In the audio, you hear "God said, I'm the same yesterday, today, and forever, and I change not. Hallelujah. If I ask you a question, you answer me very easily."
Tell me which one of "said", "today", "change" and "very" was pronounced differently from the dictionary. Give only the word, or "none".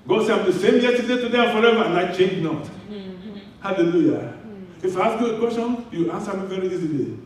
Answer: said